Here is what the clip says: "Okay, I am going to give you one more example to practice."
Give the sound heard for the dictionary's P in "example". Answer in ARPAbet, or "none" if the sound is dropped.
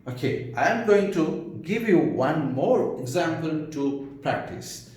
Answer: P